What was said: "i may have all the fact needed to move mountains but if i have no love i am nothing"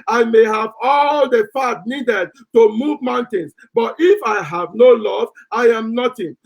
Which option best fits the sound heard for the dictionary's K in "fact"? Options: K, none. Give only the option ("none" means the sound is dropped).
none